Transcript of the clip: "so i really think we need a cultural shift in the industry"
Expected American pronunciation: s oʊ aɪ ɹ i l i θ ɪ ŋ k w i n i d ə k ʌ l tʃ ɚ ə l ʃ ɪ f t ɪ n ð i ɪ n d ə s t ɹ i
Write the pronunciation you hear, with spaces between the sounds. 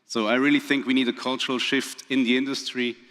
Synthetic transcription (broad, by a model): s oʊ aɪ ɹ i l i θ ɪ ŋ k w i n i d ə k ʌ l tʃ ɚ ə l ʃ ɪ f t ɪ n ð i ɪ n d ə s t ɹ i